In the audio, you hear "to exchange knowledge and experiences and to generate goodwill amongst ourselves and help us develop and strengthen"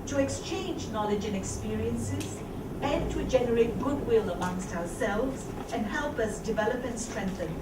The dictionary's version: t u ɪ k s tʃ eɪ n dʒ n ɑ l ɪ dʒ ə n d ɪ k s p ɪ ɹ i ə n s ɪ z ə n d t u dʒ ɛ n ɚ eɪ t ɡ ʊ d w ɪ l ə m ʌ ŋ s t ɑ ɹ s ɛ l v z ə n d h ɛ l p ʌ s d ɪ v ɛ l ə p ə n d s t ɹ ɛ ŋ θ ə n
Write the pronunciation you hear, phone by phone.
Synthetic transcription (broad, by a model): t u ɪ k s tʃ eɪ n dʒ n ɑ l ɪ dʒ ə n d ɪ k s p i ɹ i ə n s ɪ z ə n t u dʒ ɛ n ɚ eɪ t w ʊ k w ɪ l ə m ʌ ŋ s t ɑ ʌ s ɛ l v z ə n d h ɛ l p ʌ s d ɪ v ɛ l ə p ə n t s t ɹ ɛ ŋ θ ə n